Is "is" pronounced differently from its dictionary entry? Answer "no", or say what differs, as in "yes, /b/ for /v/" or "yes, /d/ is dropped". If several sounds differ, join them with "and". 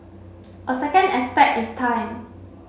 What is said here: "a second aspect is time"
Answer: yes, /s/ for /z/